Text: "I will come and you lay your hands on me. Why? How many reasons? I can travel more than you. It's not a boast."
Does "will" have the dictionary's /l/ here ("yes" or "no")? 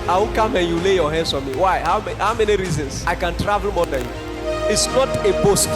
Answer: no